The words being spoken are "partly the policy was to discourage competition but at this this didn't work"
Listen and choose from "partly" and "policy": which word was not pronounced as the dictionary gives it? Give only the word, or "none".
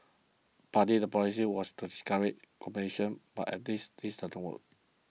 partly